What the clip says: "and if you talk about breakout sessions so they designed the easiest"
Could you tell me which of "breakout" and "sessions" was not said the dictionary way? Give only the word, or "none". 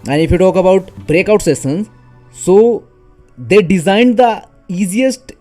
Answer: sessions